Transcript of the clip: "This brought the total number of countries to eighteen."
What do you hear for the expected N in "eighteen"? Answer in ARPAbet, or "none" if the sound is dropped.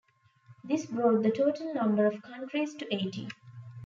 none